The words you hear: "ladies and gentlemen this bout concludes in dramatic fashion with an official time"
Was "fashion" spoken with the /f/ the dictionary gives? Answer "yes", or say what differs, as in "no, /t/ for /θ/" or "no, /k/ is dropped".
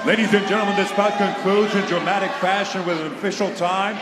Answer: yes